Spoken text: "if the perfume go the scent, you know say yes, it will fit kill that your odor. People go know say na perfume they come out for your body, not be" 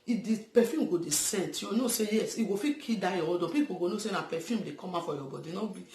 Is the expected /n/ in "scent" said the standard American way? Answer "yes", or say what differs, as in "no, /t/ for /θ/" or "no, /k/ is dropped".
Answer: yes